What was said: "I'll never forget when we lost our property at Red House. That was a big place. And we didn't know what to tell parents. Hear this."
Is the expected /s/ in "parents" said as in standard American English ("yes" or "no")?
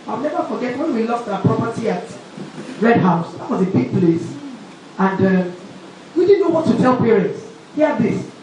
yes